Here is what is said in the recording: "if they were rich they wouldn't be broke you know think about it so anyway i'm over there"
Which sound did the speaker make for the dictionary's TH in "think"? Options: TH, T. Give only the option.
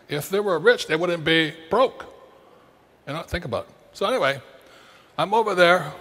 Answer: TH